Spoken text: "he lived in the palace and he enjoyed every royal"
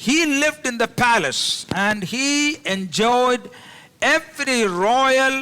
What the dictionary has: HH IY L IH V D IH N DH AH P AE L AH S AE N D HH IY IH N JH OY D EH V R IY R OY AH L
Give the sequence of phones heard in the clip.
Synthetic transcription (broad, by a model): HH IY L IH V D IH N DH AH P AE L AH S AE N D HH IY IH N JH OY D EH V R IY R OY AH L